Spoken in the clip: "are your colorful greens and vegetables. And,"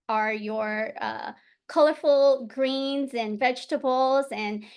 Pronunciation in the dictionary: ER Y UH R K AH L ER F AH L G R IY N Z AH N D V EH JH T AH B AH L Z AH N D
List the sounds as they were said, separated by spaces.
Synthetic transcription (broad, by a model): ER Y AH R K AH L ER F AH L G R IY N Z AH N V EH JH T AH B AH L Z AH N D